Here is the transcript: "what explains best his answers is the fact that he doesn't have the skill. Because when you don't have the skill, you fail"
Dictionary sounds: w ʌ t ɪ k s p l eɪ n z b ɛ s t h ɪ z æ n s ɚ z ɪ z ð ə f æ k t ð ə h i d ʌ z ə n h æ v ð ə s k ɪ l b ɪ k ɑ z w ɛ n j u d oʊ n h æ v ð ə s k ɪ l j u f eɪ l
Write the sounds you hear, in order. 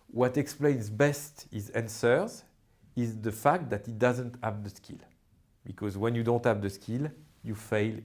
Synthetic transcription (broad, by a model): w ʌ t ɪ k s p l eɪ n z b ɛ s t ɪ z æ n s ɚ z ɪ z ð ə f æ k t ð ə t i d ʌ z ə n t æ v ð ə s k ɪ l b ɪ k ɑ z w ɛ n j u d oʊ n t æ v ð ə s k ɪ l j u f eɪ l